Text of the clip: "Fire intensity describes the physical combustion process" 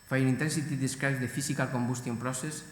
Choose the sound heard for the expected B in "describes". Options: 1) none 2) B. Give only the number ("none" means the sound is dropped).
1